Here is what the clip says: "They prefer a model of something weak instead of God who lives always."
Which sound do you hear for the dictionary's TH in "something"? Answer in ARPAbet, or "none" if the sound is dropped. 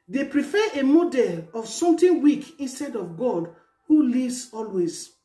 T